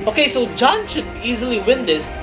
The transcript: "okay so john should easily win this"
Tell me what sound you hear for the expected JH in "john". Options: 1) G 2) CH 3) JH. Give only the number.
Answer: 3